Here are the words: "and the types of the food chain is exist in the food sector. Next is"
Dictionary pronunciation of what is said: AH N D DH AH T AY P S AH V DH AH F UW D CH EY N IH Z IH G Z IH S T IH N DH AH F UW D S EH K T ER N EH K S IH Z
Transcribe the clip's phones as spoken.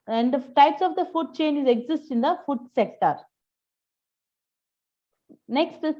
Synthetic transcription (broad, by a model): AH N D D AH T AY P S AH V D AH F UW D CH EY N IH Z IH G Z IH S T IH N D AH F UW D S EH K T ER N EH K S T